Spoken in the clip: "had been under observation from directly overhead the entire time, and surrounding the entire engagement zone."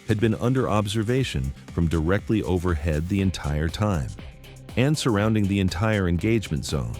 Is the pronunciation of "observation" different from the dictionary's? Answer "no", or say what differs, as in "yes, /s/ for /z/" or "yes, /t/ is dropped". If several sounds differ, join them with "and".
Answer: no